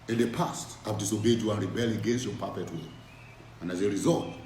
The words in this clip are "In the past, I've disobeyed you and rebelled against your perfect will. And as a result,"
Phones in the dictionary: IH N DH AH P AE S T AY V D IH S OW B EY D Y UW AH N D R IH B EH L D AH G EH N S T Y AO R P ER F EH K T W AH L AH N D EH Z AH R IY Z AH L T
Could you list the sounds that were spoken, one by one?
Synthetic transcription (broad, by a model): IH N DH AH P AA S T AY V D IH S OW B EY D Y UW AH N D R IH B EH L AH G EH N S T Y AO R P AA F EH T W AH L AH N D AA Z AH R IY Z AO L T